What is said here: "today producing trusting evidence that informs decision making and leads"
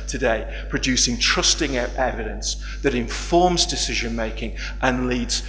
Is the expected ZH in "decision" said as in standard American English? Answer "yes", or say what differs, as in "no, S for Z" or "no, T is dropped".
yes